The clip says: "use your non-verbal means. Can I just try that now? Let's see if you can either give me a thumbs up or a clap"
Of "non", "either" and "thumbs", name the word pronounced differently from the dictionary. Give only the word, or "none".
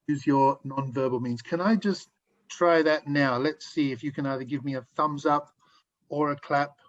none